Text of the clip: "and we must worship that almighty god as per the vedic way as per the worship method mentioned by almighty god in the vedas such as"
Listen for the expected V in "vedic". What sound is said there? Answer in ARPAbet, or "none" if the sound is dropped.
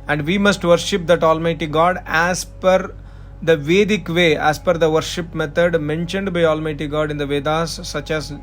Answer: V